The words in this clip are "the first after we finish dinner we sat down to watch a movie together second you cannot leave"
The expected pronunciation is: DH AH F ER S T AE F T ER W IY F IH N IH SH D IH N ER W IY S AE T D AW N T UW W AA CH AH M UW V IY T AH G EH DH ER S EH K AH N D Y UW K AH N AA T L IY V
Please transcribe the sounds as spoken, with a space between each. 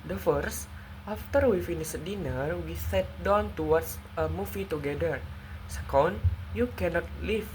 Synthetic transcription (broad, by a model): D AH F ER S T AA F T ER W IY F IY N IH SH D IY N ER W IY S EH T D AW N T UW W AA S AH M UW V IY T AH G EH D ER S EH K AH N D Y UW K AH N AA T L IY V